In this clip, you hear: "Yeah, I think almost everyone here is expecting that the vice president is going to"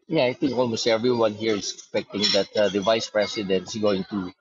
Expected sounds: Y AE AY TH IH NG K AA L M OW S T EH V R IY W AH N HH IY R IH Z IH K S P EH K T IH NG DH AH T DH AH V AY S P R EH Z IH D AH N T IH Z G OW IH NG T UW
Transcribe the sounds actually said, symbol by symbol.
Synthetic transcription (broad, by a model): Y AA AY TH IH NG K AA L M OW S T EH V R IY W AH N HH IY R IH S IH K S P EH K T IH NG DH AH T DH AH V AY S P R EH S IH D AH N T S G OW IH NG T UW